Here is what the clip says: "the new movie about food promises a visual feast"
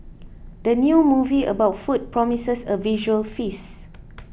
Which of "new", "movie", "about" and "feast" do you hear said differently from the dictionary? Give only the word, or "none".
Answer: feast